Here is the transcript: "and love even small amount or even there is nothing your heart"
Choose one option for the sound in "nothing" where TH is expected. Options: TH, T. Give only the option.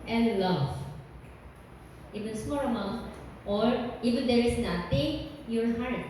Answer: T